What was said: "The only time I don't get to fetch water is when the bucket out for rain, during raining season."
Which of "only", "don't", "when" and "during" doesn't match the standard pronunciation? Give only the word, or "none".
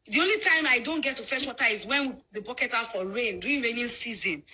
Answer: during